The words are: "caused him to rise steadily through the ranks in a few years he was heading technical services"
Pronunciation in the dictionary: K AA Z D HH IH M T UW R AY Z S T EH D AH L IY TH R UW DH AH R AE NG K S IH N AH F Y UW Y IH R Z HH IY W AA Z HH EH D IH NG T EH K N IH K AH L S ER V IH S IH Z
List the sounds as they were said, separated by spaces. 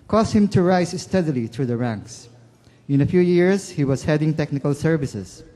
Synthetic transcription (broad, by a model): K AA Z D HH IH M T UW R AY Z S T EH D AH L IY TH R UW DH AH R AE NG K S IH N AH F Y UW Y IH R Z HH IY W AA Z HH EH D IH NG T EH K N IH K AH L S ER V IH S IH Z